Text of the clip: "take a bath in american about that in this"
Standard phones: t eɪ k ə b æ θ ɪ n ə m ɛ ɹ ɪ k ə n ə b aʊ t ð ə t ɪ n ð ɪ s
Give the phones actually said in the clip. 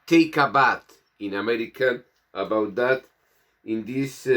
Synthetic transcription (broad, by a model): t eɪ k ə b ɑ t ɪ n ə m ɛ ɹ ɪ k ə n ə b aʊ t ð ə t ɪ n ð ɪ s